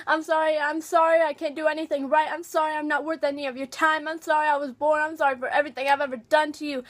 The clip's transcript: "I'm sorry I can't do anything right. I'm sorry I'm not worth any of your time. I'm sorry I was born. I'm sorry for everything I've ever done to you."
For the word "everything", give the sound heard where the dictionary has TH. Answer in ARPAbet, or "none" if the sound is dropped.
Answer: TH